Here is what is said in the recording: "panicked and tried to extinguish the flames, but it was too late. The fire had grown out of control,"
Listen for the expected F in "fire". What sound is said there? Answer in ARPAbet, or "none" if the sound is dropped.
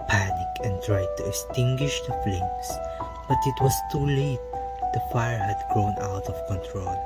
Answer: F